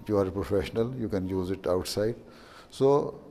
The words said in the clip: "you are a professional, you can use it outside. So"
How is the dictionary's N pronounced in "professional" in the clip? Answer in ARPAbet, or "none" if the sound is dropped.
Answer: N